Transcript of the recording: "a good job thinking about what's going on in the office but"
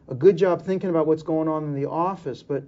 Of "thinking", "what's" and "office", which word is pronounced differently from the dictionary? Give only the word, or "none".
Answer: none